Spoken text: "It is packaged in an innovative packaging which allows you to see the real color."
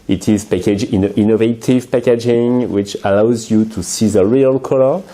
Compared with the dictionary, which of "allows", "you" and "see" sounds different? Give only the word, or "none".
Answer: none